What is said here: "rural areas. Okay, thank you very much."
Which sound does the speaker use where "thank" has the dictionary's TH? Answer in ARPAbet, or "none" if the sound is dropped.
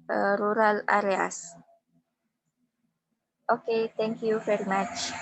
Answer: T